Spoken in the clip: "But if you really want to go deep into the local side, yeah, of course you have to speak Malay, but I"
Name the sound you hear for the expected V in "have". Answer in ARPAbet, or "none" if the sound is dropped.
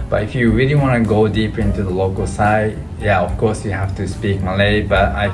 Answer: F